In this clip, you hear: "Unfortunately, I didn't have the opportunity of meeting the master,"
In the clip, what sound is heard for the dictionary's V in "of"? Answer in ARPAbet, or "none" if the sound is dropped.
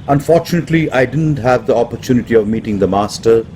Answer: V